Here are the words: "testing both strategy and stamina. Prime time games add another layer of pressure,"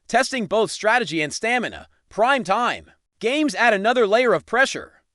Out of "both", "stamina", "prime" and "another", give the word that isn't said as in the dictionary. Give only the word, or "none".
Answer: none